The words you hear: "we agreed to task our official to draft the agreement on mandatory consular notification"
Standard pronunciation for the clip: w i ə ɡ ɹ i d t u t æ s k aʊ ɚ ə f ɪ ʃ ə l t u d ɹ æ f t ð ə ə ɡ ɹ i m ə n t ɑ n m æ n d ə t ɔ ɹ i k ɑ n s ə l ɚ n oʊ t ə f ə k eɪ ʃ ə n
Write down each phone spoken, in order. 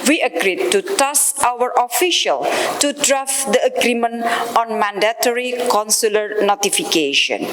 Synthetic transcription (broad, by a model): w i ə ɡ ɹ i d t u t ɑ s aʊ ɚ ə f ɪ ʃ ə l t u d ɹ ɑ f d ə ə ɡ ɹ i m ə n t ɑ n m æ n d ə t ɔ ɹ i k ɑ n s ə l ɚ n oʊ t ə f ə k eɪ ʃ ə n